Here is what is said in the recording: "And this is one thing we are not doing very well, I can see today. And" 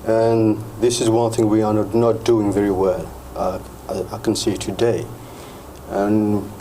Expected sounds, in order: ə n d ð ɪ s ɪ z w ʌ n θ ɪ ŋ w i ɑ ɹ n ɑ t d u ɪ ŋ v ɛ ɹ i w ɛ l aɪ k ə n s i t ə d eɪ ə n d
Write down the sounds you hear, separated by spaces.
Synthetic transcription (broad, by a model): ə n ð ɪ s ɪ z w ʌ n θ ɪ ŋ w i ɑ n n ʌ t d u ɪ ŋ v ɛ ɹ i w ɛ l aɪ k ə n s i t ə d eɪ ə n